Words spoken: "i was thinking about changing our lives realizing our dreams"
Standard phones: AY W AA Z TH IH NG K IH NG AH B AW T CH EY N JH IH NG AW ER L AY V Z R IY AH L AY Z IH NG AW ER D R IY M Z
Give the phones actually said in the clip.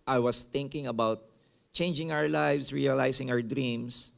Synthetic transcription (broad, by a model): AY W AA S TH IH NG K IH NG AH B AW T CH EY N JH IH NG AW ER L AY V S R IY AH L AY S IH NG AW ER D R IY M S